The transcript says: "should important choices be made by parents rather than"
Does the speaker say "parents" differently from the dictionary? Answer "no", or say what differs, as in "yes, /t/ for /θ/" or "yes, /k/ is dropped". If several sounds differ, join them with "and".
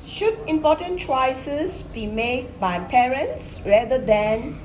no